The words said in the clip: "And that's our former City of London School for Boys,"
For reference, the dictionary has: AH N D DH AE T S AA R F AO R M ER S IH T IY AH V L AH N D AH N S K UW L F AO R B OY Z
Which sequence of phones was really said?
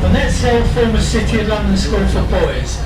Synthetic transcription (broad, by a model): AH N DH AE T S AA L F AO M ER S IH T IY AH L AH N D AH N S K UW L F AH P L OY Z